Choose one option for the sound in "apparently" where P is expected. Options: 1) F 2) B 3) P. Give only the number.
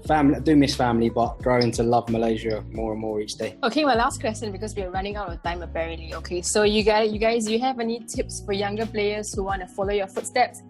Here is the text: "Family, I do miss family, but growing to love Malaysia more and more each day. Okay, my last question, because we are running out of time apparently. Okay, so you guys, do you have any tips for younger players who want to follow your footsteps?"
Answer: 2